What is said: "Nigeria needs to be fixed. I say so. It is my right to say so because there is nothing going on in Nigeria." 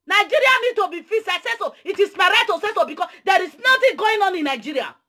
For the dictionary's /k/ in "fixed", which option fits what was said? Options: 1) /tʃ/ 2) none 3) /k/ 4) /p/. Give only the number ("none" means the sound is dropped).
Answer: 2